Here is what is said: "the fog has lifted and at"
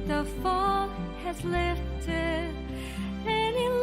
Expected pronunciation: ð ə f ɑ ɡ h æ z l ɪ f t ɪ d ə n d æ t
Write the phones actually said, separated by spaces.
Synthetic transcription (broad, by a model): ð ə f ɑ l h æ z l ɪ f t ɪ ə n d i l